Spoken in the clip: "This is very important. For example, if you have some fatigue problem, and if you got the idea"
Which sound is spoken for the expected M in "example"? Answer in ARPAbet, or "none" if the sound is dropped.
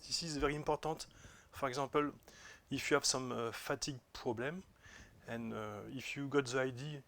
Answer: none